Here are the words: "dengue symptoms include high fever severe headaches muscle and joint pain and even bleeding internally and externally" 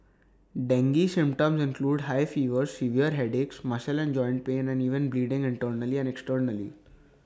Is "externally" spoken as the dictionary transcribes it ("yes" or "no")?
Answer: yes